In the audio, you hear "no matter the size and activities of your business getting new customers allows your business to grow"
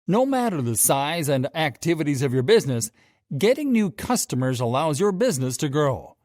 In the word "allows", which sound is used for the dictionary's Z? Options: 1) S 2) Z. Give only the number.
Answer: 2